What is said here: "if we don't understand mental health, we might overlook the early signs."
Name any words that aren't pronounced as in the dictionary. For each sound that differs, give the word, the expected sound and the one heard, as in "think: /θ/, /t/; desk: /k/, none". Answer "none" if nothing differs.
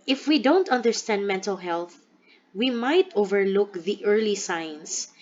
none